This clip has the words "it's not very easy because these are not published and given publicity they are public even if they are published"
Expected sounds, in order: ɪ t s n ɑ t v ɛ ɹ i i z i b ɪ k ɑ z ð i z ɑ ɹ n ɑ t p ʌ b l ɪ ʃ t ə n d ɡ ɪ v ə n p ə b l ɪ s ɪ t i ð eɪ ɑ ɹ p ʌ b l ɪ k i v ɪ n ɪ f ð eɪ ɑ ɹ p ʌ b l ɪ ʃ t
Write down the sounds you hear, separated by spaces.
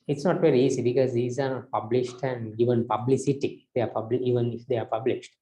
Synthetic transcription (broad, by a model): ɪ t s n ɑ t v ɛ ɹ i i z i b ɪ k ɑ z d i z ɑ ɹ n ɑ t p ʌ b l ɪ ʃ t ə n d ɡ ɪ v ə n p ə b l ɪ s ɪ t i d eɪ ɑ ɹ p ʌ b l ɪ i v ɪ n ɪ f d eɪ ɑ ɹ p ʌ b l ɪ ʃ t